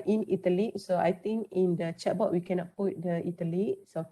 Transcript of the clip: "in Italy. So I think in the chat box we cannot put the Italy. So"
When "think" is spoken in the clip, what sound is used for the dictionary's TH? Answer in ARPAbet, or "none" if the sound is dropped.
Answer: T